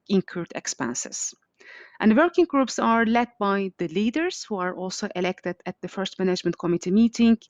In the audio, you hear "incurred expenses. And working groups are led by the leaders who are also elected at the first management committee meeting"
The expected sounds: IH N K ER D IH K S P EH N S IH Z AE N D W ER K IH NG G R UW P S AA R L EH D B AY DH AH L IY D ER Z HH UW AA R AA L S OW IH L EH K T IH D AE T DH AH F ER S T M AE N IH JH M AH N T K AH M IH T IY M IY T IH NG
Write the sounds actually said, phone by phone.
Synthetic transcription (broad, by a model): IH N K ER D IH K S P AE N S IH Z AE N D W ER K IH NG G R UW P S AA R L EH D B AY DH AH L IY D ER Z HH UW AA R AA L S OW IH L EH K T IH D AE T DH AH F ER S T M AE N IH JH M AH N T K AH M IH T IY M IY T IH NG